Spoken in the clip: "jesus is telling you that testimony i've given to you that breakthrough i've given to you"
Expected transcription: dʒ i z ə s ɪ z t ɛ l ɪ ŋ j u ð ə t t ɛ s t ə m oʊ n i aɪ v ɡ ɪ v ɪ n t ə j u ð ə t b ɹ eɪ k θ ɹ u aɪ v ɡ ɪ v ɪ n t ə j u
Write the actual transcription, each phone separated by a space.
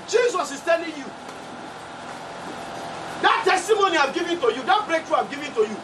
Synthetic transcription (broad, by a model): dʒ i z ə s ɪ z t ɛ l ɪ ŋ j u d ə t t ɛ s t ə m oʊ n i aɪ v ɡ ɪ v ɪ n t ə j u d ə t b ɹ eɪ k t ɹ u aɪ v ɡ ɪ v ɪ n t ə j u